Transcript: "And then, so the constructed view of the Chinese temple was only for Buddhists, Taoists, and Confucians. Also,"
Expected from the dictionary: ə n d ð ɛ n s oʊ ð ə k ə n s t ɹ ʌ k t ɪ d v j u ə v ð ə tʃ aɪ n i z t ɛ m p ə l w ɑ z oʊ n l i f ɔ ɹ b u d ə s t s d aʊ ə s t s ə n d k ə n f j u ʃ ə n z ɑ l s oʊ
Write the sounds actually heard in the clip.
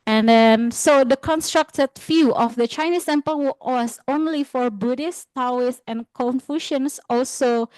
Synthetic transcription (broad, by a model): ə n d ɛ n s oʊ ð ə k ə n s t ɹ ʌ k t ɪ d f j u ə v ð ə tʃ aɪ n i s t ɛ m p ə l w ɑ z oʊ n l i f ɔ ɹ b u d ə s t aʊ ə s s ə n k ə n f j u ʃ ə n s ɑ l s oʊ